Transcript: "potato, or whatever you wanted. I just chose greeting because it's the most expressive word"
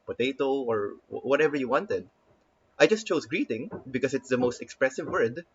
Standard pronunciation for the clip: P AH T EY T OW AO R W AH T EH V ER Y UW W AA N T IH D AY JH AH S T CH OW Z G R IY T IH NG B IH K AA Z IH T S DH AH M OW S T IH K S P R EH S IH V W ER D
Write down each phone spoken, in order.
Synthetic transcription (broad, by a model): P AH T EY T OW AO R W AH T EH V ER Y UW W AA N T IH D AY JH AH S T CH OW S G R IY T IH NG B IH K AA S IH T S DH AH M OW S T IH K S P R EH S IH V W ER D